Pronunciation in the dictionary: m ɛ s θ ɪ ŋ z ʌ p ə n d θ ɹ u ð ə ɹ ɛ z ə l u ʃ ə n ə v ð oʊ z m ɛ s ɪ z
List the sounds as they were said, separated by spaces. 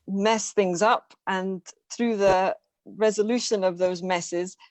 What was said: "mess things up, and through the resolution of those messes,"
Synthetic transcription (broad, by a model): m ɛ s θ ɪ ŋ z ʌ p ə n θ ɹ u ð ə ɹ ɛ z ə l u ʃ ə n ə v ð oʊ z m ɛ s ɪ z